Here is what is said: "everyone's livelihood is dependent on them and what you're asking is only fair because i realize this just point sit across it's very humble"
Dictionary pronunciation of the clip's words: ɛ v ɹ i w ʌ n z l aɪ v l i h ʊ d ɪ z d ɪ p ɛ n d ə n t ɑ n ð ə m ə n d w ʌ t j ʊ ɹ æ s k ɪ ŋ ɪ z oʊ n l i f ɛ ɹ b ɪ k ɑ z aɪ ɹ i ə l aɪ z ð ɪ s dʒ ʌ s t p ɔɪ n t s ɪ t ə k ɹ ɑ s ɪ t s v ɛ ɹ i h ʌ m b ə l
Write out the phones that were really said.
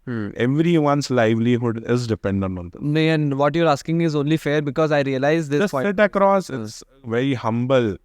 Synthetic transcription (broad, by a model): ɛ v ɹ i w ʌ n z l aɪ v l i h ʊ d ɪ z d ɪ p ɛ n d ə n t ɑ n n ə ə n d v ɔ t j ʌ ɹ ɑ s k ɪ ŋ ɪ z oʊ n l i f ɛ ɹ b ɪ k ɑ z aɪ ɹ i ə l aɪ z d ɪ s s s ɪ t ə k ɹ ɑ s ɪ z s v ɛ ɹ i h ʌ m b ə l